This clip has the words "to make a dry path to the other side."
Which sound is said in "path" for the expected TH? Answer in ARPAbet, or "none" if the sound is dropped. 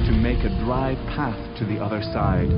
TH